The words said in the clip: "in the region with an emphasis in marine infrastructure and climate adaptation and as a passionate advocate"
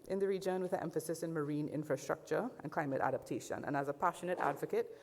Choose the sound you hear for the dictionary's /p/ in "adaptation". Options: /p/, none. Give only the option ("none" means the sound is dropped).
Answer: /p/